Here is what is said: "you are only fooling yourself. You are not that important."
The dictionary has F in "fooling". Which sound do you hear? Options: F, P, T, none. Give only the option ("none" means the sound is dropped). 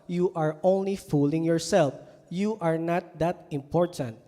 F